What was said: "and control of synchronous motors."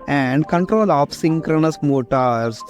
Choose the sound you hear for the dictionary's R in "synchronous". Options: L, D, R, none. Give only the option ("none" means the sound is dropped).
R